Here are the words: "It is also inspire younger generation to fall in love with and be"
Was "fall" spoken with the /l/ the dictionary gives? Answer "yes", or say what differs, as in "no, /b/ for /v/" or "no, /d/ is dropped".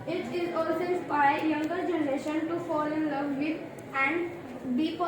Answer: yes